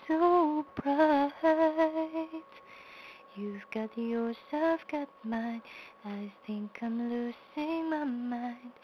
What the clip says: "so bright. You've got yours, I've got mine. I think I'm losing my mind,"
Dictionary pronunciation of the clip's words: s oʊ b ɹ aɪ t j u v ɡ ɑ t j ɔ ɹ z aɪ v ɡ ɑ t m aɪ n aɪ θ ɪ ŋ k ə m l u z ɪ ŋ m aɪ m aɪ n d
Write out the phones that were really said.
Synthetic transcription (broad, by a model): s oʊ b ɹ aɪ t j u v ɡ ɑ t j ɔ ɹ s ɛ f ɡ ɑ t m aɪ n aɪ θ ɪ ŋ k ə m l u s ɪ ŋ m aɪ m aɪ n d